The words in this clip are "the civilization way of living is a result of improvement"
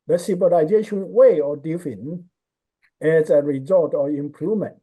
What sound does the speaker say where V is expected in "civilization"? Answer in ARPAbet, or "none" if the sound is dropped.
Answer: B